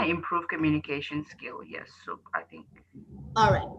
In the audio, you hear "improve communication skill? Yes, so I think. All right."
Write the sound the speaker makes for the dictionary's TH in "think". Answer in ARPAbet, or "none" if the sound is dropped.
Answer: TH